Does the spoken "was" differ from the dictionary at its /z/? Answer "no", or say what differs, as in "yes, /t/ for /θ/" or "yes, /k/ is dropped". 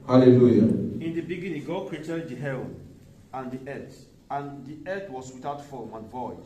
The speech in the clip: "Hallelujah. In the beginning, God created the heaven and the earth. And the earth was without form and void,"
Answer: yes, /s/ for /z/